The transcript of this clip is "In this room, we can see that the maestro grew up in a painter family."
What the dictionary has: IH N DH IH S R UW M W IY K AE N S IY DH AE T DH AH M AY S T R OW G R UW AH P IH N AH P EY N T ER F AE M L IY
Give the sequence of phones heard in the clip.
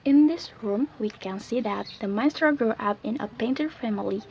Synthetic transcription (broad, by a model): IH N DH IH S R UW M W IY K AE N S IY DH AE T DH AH M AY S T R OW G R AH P IH N AH P EY N T ER F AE M L IY